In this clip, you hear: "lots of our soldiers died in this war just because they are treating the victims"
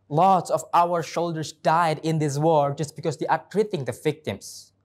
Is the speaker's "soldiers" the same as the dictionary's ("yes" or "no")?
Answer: no